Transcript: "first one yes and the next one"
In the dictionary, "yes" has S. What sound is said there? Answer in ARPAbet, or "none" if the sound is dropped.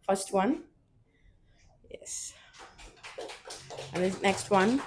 S